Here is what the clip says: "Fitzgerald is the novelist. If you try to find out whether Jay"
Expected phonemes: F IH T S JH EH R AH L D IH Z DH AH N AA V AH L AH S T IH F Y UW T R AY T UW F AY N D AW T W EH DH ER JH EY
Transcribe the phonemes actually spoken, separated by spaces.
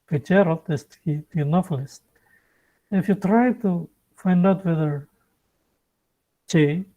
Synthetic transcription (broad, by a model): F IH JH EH R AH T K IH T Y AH N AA P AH L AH S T IH F Y UW T R AY T UW F AY N D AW T W EH DH ER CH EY